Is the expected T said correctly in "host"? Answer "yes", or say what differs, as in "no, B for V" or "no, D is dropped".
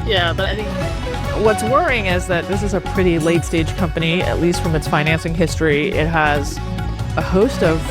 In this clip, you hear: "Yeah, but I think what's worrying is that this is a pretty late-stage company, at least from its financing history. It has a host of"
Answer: yes